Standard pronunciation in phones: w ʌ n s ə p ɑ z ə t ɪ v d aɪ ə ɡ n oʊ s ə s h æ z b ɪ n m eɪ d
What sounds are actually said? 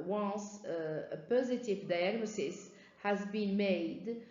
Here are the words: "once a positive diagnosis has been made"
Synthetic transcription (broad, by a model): w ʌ n s ə p ɑ z ə t ɪ v d aɪ ə ɡ n oʊ s ə s h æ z b ɪ n m eɪ d